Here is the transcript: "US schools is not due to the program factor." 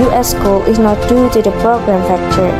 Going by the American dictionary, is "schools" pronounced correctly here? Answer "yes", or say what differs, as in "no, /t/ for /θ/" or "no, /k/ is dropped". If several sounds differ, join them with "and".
no, /z/ is dropped